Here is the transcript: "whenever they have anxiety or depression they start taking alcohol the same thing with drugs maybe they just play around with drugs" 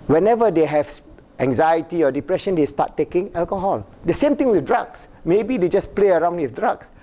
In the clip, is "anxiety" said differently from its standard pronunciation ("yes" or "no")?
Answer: no